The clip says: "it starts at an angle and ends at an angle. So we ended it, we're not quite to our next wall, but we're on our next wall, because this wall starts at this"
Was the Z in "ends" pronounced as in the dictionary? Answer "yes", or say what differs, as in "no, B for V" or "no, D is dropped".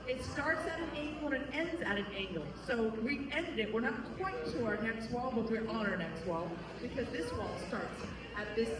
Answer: yes